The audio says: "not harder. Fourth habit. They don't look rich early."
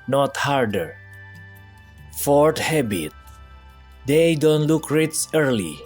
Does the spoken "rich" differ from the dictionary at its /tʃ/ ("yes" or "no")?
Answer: yes